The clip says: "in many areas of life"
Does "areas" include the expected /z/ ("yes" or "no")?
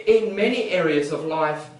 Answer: yes